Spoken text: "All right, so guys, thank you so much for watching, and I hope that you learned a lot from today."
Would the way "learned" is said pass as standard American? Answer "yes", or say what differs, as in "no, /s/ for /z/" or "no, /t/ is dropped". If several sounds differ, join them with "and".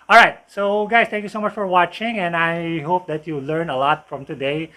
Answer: no, /d/ is dropped